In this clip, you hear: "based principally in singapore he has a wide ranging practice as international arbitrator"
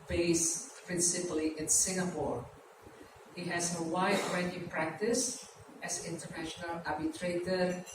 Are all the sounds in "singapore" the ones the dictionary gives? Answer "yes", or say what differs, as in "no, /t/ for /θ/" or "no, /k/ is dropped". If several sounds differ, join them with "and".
yes